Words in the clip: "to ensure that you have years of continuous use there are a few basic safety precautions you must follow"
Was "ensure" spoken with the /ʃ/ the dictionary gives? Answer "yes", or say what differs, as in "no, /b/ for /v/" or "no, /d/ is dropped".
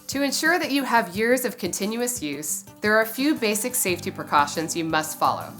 yes